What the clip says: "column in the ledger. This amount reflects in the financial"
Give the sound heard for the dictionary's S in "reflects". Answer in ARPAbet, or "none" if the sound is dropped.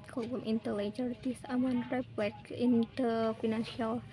none